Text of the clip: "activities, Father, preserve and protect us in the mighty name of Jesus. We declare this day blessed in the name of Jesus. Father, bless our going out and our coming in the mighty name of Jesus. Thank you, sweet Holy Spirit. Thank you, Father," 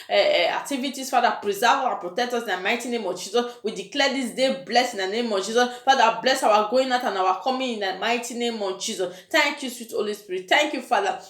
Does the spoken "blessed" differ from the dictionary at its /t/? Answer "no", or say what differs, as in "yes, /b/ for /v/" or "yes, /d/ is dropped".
yes, /t/ is dropped